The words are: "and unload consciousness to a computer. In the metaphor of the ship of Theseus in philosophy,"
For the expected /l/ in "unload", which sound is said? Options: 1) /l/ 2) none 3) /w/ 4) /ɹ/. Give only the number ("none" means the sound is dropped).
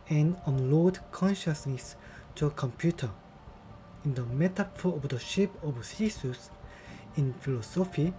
1